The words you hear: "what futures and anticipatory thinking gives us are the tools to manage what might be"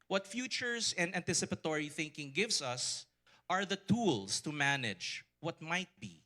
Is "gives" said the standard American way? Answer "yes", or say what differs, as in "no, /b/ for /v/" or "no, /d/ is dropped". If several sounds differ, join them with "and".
no, /s/ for /z/